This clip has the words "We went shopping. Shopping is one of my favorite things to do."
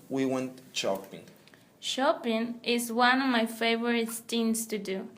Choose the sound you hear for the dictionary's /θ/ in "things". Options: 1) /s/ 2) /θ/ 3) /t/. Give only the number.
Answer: 3